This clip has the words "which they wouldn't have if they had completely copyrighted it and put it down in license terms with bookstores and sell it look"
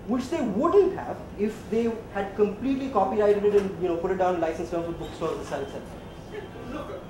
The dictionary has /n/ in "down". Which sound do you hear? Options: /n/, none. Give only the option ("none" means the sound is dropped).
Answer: none